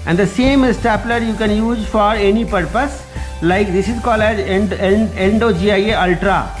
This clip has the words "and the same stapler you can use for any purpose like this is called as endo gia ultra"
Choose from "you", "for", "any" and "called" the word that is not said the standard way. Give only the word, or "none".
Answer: called